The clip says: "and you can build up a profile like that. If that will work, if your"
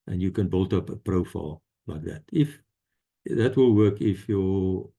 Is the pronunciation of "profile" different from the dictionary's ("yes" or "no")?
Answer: no